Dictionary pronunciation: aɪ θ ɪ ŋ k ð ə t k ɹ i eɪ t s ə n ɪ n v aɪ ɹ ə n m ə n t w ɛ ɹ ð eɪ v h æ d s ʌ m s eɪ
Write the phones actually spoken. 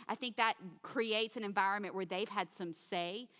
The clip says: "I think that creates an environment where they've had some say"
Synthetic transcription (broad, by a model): aɪ θ ɪ ŋ k ð ə t k ɹ i eɪ t s ə n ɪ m v aɪ ɹ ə n m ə n t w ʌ ɹ ð eɪ v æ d s ʌ m s eɪ